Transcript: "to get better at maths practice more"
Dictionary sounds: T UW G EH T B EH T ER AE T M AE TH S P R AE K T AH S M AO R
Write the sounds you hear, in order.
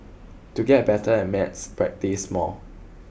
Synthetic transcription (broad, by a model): T UW G EH T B EH T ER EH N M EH T S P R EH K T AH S M AO L